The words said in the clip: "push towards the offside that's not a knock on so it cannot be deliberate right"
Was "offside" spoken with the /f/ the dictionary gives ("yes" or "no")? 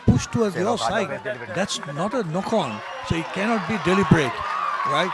no